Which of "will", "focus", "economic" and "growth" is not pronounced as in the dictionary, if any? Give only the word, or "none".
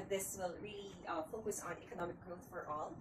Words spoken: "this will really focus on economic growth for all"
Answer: none